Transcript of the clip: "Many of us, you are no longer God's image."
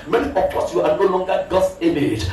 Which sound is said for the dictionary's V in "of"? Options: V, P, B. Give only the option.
P